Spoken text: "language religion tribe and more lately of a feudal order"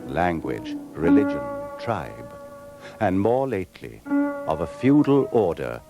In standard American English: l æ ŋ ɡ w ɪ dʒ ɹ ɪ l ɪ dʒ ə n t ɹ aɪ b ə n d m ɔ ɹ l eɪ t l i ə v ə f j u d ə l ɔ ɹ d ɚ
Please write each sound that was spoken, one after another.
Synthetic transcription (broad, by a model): l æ ŋ ɡ w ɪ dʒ ɹ ɪ l ɪ dʒ ə n t ɹ aɪ b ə n m ɔ ɹ l eɪ t l i ə v ə f j u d l ɔ ɹ d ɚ